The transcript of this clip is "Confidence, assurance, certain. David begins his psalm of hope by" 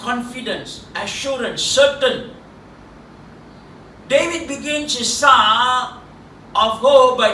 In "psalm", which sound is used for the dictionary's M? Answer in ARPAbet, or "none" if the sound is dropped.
none